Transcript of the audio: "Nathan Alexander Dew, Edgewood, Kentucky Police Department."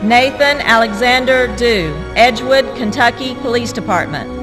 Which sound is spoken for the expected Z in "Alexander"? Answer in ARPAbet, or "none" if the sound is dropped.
Z